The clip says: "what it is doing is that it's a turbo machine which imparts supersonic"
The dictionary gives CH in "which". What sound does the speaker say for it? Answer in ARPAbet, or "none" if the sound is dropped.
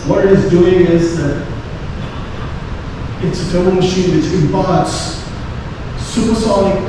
S